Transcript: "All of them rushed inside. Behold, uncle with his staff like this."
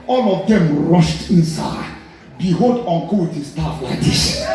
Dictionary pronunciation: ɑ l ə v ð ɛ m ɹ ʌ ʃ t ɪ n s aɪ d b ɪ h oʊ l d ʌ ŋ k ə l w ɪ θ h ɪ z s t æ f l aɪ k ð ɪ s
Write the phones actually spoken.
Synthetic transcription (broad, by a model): ɑ l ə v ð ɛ m ɹ ʌ ʃ t ɪ n s aɪ d b ɪ h oʊ l d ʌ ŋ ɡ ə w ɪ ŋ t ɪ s t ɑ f l aɪ k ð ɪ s